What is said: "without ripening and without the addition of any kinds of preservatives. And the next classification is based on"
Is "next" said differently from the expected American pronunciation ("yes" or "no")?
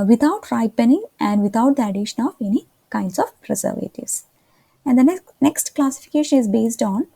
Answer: no